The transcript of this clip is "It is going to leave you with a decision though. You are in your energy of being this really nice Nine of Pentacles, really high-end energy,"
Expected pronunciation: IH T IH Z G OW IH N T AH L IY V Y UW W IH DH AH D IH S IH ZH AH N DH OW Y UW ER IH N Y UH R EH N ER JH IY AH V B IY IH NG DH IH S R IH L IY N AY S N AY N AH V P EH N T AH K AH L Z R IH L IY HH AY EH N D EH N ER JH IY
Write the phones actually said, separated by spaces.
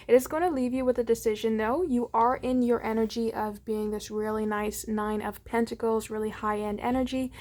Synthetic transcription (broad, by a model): IH T IH Z G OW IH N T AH L IY V Y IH W IH DH AH D IH S IH ZH AH N DH OW Y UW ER IH N Y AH R EH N ER JH IY AH V B IY IH NG DH IH S R IH L IY N AY S N AY N AH V P EH N T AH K L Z R IH L IY HH AY EH N D EH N ER JH IY